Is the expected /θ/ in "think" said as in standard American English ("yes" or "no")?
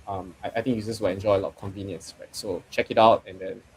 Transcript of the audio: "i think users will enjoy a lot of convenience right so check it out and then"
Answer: no